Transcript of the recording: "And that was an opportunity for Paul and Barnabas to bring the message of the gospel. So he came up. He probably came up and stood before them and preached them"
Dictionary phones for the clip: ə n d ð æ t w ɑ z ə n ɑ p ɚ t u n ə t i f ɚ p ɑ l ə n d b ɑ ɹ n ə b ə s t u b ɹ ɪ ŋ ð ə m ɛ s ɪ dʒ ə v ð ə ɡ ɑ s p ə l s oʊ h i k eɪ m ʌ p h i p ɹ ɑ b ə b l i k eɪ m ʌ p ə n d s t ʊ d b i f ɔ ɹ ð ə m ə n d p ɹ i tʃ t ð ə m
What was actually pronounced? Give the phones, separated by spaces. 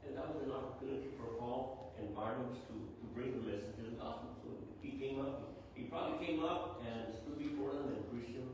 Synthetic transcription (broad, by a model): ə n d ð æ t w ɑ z ə n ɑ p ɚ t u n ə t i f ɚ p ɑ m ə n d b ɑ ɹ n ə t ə t u b ɹ ɪ ŋ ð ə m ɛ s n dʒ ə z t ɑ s ə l s oʊ h i k eɪ m ʌ p h i p ɹ ɑ b ə b l i k eɪ m ʌ p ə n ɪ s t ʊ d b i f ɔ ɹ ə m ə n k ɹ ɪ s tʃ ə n